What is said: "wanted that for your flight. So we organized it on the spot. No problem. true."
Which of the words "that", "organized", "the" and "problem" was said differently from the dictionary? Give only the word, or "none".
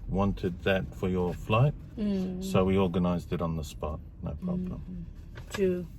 none